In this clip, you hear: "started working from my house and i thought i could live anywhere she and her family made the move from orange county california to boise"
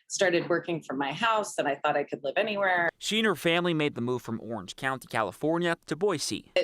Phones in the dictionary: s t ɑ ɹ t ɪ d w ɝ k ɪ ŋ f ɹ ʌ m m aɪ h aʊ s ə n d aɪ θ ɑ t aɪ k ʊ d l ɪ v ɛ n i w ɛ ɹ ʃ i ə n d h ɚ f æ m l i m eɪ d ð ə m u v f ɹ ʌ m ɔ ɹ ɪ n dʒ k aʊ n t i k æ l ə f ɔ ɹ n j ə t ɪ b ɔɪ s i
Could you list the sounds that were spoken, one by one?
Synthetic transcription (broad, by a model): s t ɑ ɹ t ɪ d w ɝ k ɪ ŋ f ɹ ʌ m m aɪ h aʊ s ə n aɪ θ ɑ t aɪ k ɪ d l ɪ v ɛ n i w ɛ ɹ ʃ i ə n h ɚ f æ m l i m eɪ d ð ə m u v f ɹ ʌ m ɔ ɹ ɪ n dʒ k aʊ n t i k æ l ə f ɔ ɹ n j ə t ɪ b ɔɪ s i